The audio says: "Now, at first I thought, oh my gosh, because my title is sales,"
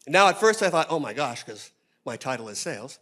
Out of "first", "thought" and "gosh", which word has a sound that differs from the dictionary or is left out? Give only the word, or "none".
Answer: none